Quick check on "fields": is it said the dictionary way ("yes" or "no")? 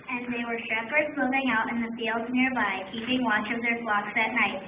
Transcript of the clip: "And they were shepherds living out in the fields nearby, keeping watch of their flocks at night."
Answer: yes